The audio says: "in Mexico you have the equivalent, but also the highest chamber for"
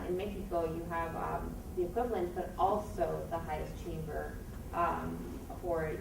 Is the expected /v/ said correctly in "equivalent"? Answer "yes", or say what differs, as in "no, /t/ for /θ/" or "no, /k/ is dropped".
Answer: yes